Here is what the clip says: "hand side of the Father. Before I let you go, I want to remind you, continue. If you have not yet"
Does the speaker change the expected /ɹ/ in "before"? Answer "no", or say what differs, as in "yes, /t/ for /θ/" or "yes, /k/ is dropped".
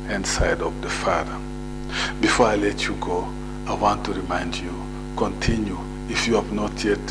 no